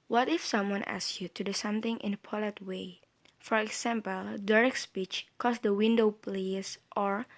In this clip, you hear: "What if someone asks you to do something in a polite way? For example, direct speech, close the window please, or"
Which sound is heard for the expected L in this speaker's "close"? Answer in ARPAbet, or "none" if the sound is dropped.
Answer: none